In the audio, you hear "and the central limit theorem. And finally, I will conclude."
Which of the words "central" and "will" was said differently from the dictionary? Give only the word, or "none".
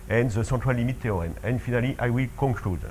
central